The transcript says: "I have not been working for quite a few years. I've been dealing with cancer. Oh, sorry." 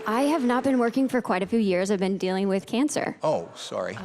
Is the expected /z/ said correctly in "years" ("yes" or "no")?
yes